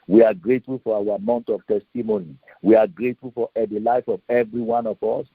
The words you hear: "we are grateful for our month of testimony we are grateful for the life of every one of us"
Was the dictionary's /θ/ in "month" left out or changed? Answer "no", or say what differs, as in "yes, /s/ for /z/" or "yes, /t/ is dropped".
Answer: yes, /t/ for /θ/